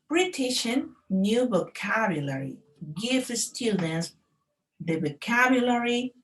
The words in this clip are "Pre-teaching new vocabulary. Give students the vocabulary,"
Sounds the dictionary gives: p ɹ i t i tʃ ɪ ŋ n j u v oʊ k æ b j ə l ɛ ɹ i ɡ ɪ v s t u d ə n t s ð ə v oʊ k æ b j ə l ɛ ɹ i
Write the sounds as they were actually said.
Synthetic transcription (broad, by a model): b ɹ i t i ʃ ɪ n j u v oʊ k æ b j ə l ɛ ɹ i ɡ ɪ f s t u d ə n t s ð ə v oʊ k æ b j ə l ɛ ɹ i